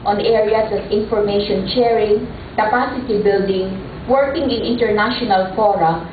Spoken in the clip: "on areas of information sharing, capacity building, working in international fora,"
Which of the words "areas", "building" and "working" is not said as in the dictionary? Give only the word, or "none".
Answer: areas